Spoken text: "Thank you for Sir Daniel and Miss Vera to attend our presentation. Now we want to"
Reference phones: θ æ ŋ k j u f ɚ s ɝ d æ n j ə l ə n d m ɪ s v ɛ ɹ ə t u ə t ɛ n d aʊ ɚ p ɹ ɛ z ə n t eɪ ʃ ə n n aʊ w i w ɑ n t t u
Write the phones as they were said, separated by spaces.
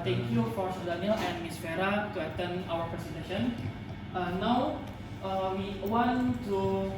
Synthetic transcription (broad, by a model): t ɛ ŋ k j u f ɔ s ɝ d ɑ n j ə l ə n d m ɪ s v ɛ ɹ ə t u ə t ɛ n aʊ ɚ p ɹ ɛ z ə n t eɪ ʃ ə n n aʊ w i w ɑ n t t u